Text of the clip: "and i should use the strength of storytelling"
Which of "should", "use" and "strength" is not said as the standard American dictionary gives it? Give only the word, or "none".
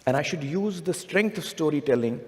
strength